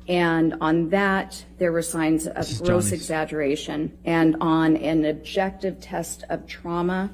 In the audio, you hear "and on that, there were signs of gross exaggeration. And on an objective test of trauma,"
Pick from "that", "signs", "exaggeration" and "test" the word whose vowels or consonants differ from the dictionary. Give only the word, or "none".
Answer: none